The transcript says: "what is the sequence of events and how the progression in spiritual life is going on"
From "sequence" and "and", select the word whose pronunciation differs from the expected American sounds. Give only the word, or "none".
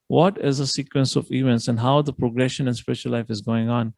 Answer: none